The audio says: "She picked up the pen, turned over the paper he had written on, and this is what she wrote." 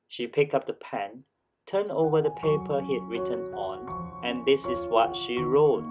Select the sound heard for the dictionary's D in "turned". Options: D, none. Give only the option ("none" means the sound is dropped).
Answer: none